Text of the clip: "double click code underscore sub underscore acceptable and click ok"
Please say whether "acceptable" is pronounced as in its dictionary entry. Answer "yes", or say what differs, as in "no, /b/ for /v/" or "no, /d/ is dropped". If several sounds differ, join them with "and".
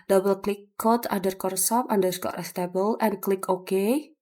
no, /k/ is dropped